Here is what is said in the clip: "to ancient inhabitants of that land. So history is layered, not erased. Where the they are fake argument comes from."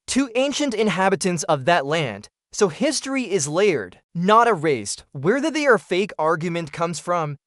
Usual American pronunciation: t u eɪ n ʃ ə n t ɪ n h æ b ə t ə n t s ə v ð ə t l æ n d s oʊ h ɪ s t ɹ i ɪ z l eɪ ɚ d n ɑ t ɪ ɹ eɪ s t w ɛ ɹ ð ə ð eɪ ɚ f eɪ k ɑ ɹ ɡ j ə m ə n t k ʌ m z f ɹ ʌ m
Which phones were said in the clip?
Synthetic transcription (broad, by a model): t u eɪ n ʃ ə n t ɪ n h æ b ə t ə n t s ə v ð ə t l æ n d s oʊ h ɪ s t ɹ i ɪ z l eɪ ɚ d n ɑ t ɪ ɹ eɪ s t w ɛ ɹ ð ə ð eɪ ɚ f eɪ k ɑ ɹ ɡ j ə m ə n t k ʌ m z f ɹ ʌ m